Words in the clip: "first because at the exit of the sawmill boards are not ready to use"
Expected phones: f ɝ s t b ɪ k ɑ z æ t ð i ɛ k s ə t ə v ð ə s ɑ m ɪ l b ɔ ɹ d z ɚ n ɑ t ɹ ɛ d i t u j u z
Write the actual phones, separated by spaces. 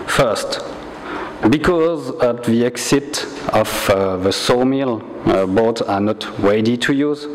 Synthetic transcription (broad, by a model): f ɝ s t b ɪ k ɑ z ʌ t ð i ɛ k s ə t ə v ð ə s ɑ m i l b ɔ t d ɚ n ɑ t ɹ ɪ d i t u j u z